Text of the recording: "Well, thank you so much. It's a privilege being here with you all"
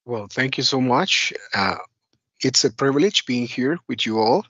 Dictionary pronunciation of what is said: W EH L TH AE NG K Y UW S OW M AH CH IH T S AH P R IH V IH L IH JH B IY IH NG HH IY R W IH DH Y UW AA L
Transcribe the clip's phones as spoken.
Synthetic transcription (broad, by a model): W EH L TH AE NG K Y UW S OW M AH CH IH T S AH P R IH V IH L IH JH B IY IH NG HH IY R W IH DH Y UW AA L